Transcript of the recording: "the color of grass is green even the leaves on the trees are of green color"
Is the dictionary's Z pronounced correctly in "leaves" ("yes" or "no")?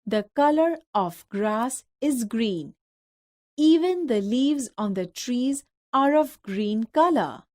yes